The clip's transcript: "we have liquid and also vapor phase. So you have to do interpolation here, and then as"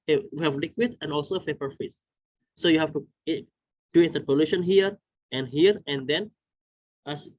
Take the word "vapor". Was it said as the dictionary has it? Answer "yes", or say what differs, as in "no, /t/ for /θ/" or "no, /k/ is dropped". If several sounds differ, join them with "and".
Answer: no, /f/ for /v/